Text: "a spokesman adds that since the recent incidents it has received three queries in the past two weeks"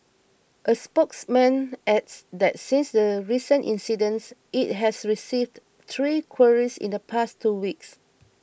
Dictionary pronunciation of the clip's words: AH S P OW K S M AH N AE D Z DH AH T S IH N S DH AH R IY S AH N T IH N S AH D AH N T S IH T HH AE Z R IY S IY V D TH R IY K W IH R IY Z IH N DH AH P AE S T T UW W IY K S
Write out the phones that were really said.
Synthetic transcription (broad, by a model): AH S P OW K S M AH N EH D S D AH T S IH N S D AH R IY S AH N T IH N S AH D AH N S IH T HH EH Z R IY S IY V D T R IY K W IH R IY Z IH N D AH P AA S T T UW W IY K S